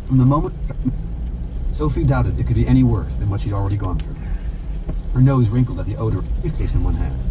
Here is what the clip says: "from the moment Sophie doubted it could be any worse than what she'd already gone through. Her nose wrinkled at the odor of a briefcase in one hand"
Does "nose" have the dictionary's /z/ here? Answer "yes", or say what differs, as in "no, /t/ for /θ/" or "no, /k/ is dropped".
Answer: yes